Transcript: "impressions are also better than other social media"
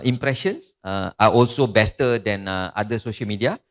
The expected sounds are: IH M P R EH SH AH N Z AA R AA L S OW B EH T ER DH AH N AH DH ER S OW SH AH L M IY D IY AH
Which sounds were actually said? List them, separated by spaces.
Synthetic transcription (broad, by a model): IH M P R EH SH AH N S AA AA AA L S OW B EH T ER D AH N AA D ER S OW SH AH L M IY D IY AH